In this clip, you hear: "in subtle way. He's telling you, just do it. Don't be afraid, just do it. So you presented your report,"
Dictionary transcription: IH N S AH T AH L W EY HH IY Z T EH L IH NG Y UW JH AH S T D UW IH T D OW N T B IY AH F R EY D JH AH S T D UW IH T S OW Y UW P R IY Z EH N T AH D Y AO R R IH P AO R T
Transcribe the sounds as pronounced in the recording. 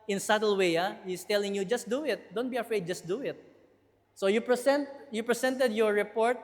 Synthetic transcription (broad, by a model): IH N S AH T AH L W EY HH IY S T EH L IH NG Y UW JH AH S T D UW IH T D OW N T B IY AH F R EY D JH AH S T D UW IH T S OW Y UW P R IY S EH N T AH D Y AO R R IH P AO R T